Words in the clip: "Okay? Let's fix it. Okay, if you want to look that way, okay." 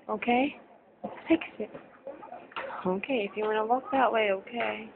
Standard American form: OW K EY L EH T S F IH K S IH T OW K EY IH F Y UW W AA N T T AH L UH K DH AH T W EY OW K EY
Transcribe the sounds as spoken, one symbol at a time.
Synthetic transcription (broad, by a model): OW K EY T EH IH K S IH T OW K EY IH F Y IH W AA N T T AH W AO K DH AH T W EY OW K EY